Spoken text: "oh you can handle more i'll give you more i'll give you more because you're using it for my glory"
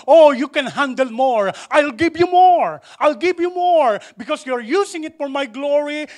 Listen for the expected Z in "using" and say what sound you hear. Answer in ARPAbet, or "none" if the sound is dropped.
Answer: S